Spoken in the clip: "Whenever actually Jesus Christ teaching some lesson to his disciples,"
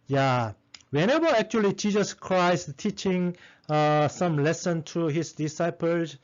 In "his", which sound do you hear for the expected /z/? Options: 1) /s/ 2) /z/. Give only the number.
1